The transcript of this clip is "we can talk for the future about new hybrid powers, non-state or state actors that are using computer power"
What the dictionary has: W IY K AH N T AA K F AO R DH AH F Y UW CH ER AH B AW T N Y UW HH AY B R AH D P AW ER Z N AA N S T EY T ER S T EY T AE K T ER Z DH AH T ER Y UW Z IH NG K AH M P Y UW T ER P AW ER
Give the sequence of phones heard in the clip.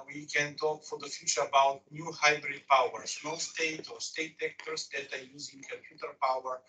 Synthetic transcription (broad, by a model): W IY K AH N T AA K F AO R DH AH F Y UW CH ER AH B AW T N Y UW HH AY B R AH D P AW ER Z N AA S T EY T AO S T EY T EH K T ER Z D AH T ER Y UW Z IH NG K AH M P Y UW T ER P AW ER